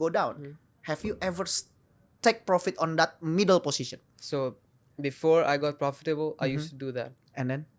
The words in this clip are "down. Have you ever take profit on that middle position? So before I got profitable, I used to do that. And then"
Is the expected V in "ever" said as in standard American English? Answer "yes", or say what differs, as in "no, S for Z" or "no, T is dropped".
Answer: yes